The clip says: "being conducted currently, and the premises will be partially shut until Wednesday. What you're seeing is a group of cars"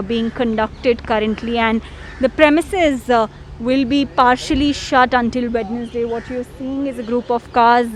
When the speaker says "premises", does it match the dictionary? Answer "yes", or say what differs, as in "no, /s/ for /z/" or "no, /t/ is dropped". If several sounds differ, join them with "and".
yes